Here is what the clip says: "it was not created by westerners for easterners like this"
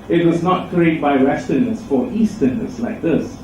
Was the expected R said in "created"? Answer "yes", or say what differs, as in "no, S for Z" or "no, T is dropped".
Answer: no, R is dropped